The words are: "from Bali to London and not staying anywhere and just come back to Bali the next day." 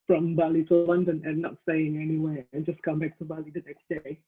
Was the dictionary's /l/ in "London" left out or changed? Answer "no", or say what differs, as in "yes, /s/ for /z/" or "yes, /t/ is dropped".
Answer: yes, /w/ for /l/